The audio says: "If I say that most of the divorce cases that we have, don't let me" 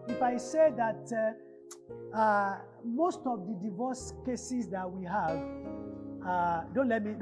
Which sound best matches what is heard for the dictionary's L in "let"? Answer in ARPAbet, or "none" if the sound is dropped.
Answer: L